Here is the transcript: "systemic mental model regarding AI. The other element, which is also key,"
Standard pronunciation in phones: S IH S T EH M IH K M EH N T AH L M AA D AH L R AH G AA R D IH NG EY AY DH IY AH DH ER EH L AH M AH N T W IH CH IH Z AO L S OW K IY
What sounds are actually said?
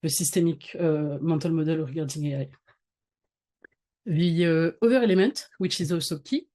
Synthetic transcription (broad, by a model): S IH S T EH M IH K M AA T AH L M AA D AH L R AH G AA R D IH NG EY AY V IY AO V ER EH L AH M AH N T W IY CH IH Z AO S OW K IY